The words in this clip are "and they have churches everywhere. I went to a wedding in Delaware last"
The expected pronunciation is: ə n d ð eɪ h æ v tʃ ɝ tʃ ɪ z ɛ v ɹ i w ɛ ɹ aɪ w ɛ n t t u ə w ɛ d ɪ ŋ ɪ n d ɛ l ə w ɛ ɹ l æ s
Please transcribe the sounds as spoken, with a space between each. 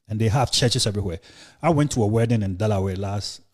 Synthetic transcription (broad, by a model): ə n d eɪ h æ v tʃ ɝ tʃ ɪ s ɛ v ɹ i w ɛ aɪ w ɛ n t t u ə w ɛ d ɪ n ɪ n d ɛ l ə w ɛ l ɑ s